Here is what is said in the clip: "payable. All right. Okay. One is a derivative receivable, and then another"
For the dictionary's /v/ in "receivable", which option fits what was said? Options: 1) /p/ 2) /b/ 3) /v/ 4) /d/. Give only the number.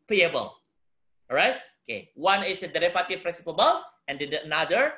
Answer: 1